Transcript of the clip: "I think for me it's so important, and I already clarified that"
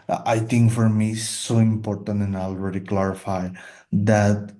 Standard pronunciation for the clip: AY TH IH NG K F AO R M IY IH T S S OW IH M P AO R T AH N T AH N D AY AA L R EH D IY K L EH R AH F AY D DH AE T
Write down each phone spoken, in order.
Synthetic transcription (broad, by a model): AY T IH NG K F AO R M IY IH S S OW IH M P AO R T AH N T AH N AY AA L R EH D IY K L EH R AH F AY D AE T